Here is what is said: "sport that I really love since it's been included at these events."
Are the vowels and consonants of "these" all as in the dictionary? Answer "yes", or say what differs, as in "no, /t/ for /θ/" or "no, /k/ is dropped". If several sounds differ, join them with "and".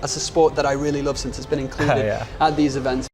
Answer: yes